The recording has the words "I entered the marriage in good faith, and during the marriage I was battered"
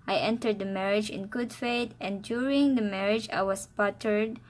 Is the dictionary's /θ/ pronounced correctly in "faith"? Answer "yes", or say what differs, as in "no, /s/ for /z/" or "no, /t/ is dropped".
no, /t/ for /θ/